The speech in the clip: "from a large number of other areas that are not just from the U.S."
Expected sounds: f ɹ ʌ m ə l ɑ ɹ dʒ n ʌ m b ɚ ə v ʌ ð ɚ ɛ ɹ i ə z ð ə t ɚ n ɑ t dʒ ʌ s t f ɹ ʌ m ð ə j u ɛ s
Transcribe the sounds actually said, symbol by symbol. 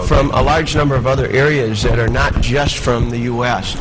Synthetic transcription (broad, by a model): f ɹ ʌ m ə l ɑ ɹ dʒ n ʌ m b ɚ ə v ʌ ð ɚ ɛ ɹ i ə z ð ə t ɚ n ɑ t dʒ ʌ s t f ɹ ʌ m ð ə j u ɛ s